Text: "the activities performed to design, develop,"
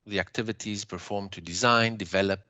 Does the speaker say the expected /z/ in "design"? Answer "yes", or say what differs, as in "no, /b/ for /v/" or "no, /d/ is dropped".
yes